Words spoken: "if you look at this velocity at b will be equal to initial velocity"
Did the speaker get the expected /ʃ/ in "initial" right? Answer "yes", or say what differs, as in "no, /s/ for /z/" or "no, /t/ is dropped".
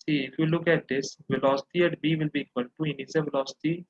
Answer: no, /s/ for /ʃ/